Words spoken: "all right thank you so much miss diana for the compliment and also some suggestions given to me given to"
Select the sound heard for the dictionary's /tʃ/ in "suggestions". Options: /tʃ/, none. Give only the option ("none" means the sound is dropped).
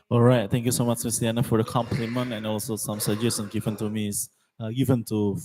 none